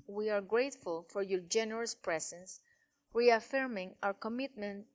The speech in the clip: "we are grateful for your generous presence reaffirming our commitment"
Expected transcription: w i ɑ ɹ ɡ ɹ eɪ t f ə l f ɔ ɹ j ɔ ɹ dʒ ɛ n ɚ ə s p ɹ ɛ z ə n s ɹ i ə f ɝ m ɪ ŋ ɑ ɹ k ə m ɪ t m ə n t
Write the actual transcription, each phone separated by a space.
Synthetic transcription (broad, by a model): w i ɑ ɹ ɡ ɹ eɪ t f ə l f ɔ ɹ j ɔ ɹ dʒ ɛ n ɚ ə s p ɹ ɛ s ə n s ɹ i ə f ɝ m ɪ ŋ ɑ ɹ k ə m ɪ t m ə n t